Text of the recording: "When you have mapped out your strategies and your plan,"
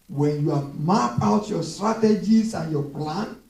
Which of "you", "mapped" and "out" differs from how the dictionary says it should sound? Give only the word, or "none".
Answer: mapped